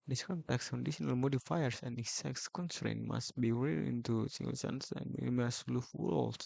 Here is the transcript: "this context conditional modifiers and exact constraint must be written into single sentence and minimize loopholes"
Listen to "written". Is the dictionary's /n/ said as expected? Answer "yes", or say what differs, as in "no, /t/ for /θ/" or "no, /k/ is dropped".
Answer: no, /n/ is dropped